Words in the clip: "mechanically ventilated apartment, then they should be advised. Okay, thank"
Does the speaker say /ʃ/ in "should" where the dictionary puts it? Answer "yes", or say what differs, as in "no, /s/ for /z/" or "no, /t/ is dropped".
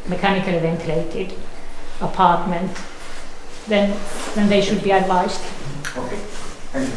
yes